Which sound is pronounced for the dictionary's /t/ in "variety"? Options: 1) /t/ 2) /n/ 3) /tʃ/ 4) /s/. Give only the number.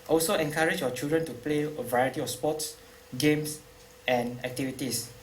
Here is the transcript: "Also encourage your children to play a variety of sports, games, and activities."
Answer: 1